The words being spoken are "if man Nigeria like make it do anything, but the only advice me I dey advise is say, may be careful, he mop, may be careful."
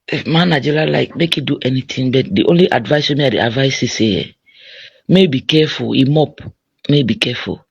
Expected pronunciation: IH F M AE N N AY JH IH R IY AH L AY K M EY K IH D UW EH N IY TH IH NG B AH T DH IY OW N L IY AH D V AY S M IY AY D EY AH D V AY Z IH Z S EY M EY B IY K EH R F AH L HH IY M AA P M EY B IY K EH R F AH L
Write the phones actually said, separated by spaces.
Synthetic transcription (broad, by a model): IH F M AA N N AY JH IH L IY L AY K M EY K IH D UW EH N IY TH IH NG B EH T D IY OW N L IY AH D V AY S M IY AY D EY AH D V AY S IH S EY M EY B IY K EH F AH L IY M AA P M EY B IY K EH F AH L